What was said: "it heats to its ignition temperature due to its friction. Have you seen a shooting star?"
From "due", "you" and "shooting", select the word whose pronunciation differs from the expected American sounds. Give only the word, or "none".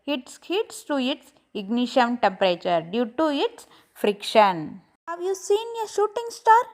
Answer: none